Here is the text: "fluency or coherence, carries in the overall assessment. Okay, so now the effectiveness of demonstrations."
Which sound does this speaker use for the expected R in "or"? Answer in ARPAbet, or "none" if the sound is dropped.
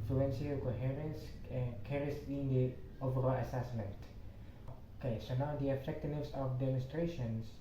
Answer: L